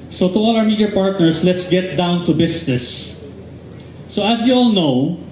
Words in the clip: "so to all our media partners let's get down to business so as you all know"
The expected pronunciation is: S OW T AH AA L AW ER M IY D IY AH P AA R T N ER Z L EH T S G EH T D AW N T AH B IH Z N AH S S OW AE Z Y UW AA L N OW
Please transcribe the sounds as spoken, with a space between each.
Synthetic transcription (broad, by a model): S OW T AH AA L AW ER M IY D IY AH P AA R T N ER S L EH T S G EH T D AW N T AH B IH S N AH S S OW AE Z Y UW AA L N OW